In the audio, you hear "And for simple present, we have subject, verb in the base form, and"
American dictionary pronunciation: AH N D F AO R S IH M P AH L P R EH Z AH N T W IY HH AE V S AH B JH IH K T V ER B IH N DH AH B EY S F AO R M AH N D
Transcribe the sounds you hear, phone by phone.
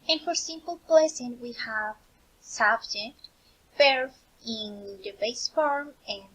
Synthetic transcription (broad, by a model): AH N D F AO R S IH M P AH L P L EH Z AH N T W IY HH AE V S AH B JH IH K T B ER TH IH N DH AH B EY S F AO R M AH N